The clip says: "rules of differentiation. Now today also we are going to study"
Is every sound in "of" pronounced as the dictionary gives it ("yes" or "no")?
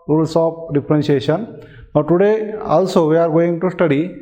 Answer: no